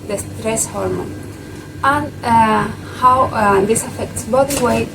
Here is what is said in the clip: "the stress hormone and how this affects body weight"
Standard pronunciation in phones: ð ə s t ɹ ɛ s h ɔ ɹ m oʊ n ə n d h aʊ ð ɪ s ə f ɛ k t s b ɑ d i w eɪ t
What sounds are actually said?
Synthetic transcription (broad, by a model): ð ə s t ɹ ɛ s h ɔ ɹ m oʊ n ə n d h aʊ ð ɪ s ə f ɛ k t s b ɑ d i w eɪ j